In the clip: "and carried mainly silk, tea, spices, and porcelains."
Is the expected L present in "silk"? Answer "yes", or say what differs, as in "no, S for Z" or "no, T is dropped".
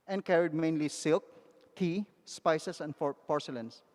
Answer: yes